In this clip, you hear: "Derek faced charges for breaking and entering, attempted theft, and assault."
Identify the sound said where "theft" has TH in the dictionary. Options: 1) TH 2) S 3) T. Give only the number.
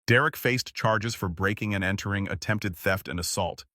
1